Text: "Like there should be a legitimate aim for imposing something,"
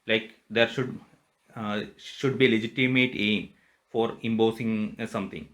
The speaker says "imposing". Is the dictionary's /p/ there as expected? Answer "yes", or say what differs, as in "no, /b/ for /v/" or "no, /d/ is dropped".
no, /b/ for /p/